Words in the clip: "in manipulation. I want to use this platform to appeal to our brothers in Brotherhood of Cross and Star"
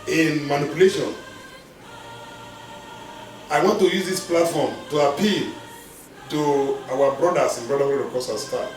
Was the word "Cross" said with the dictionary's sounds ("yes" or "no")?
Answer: no